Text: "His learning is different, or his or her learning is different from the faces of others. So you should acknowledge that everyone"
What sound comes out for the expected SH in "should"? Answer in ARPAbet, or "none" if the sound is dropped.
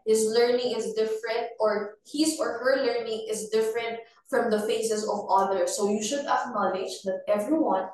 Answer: SH